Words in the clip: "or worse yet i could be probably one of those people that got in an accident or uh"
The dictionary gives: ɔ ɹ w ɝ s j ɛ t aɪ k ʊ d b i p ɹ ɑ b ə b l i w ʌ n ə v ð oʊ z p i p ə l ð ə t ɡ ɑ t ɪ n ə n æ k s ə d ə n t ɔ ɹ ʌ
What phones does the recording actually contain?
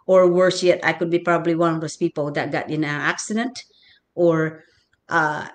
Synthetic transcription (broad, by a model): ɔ ɹ w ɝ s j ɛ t aɪ k ʊ d b i p ɹ ɑ b ə b l i w ʌ n ə v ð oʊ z p i p ə l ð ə t ɡ ɑ t ɪ n ə n æ k s ə d ə n t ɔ ɹ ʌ